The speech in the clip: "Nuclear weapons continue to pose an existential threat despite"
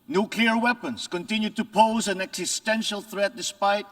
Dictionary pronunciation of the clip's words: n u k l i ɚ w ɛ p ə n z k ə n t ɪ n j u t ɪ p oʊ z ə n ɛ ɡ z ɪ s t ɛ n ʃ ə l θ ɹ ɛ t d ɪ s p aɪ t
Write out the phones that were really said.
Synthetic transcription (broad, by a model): n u k l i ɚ w ɛ p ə n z k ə n t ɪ n j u t ɪ p oʊ z ə n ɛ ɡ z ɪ s t ɛ n ʃ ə l θ ɹ ɛ t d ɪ s p aɪ t